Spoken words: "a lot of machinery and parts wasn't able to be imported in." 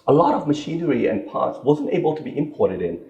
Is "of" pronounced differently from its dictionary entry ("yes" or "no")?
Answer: no